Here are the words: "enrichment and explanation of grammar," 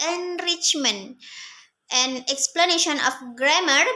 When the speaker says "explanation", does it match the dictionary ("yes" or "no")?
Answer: yes